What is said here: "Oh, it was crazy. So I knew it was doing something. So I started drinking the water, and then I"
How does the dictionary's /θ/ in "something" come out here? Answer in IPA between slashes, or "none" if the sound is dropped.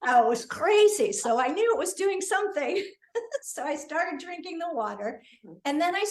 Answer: /θ/